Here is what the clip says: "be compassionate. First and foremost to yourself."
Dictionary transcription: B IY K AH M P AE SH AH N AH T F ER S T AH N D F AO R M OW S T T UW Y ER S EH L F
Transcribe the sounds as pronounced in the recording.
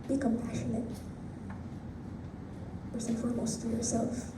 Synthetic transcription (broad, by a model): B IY K AH M P AE SH AH N AH T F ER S AH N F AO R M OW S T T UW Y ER S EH L F